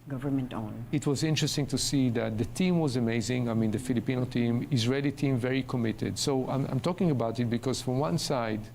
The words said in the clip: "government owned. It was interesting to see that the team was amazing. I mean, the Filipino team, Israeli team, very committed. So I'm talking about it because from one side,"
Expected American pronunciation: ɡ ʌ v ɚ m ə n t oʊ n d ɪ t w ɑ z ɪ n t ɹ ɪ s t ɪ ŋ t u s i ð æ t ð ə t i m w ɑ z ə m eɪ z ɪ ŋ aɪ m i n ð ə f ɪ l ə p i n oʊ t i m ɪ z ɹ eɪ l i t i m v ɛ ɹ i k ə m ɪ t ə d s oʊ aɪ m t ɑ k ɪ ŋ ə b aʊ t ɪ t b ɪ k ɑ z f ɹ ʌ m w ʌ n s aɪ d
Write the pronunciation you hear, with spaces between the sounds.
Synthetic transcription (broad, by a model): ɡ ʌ v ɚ m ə n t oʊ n ɪ t w ɑ z ɪ n t ɹ ɪ s t ɪ ŋ t u s i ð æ t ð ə t i m w ɑ z ə m eɪ z ɪ ŋ aɪ m i n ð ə f ɪ l ə p i n oʊ t i m ɪ z ɹ eɪ l i t i m v ɛ ɹ i k ə m ɪ t ə d s oʊ aɪ m t ɑ k ɪ ŋ ə b aʊ t ɪ t b ɪ k ɑ z f ɹ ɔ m w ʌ n s aɪ d